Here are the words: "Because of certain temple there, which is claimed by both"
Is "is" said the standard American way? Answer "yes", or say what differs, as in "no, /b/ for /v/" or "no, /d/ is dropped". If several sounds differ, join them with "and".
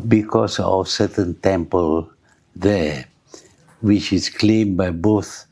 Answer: no, /s/ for /z/